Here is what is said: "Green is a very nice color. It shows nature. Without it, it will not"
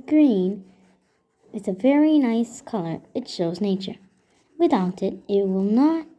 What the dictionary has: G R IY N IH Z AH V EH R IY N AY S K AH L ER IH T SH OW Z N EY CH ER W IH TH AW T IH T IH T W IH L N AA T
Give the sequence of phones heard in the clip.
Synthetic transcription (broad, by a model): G R IY N IH Z AH V EH R IY N AY S K AH L ER IH T SH OW Z N EY CH ER W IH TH AW T IH T IH T W IH L N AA T